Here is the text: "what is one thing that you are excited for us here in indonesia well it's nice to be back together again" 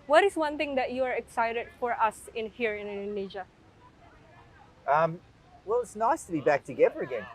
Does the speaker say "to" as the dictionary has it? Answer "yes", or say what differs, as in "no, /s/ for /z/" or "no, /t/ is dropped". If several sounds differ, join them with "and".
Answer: yes